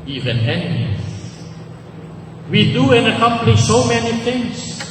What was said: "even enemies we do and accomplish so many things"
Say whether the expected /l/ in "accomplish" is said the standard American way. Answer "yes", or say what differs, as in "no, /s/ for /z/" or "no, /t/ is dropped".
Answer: no, /n/ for /l/